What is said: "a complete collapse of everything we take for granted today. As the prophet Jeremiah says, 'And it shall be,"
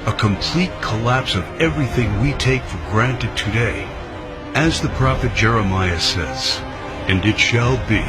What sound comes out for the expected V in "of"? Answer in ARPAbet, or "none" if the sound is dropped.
V